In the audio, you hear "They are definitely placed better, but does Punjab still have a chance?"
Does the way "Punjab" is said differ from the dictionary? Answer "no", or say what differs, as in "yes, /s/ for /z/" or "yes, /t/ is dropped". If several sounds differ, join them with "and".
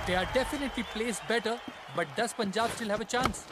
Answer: no